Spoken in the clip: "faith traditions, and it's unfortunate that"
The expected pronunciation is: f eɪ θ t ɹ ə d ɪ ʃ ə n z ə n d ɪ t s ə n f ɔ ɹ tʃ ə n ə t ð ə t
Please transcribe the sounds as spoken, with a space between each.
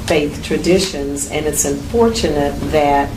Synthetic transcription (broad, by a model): f eɪ θ t ɹ ə d ɪ ʃ ə n z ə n ɪ t s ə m f ɔ ɹ tʃ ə n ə t ð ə t